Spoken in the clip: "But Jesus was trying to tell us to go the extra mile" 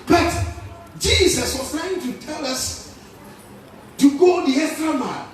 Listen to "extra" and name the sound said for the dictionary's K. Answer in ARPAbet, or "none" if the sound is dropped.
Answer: none